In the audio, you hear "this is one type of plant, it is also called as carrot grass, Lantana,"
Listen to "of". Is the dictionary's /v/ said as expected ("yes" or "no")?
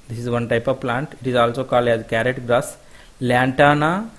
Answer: yes